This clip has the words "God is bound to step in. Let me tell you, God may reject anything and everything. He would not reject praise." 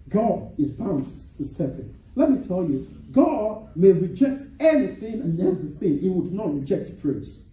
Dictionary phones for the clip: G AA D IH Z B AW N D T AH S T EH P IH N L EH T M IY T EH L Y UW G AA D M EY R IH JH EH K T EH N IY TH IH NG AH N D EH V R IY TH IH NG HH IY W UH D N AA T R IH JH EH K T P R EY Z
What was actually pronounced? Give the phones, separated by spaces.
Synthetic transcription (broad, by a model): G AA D IH Z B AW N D T AH S T EH P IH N L EH T M IY T EH L Y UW G AA D M EY R IH JH EH K T EH N IY TH IH NG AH N EH V R IY TH IH NG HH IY W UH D N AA T R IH JH EH K T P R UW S